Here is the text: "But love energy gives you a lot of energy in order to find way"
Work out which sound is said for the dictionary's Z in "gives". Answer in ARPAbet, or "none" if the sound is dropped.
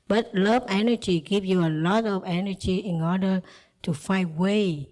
none